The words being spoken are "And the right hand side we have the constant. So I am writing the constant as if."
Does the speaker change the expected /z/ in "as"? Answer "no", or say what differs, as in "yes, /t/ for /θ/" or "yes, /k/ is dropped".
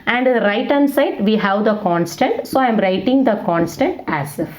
yes, /s/ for /z/